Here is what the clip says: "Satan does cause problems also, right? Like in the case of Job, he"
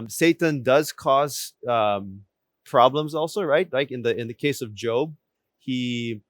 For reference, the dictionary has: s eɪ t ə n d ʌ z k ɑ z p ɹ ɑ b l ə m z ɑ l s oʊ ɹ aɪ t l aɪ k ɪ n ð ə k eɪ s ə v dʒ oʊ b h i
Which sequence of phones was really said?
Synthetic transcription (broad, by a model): s eɪ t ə n d ʌ z k ɑ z p ɹ ɑ b l ə m z ɑ l s oʊ ɹ aɪ t l aɪ k ɪ n ð ə k eɪ s ə v dʒ oʊ b h i